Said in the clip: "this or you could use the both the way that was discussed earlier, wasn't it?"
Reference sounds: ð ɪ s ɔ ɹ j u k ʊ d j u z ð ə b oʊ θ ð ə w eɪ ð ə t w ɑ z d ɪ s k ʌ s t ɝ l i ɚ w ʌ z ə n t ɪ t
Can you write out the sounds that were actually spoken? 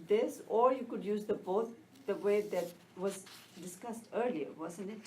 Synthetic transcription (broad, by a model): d ɪ s ɔ ɹ j u k ʊ d j u z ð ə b oʊ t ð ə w eɪ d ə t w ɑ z d ɪ s k ʌ s t ɝ l i ɚ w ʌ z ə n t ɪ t